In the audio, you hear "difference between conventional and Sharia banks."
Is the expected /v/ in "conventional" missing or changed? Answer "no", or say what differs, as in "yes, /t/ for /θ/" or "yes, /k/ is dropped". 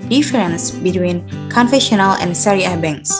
yes, /f/ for /v/